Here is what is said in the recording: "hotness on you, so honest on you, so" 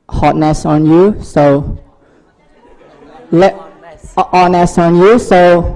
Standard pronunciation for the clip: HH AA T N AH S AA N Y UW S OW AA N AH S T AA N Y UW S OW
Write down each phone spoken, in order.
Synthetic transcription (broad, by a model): HH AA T N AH S AA N Y UW S OW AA N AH S AA N Y UW S OW